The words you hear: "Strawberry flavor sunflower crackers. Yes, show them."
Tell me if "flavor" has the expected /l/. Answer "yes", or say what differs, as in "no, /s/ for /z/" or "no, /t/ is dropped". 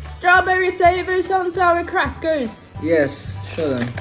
no, /l/ is dropped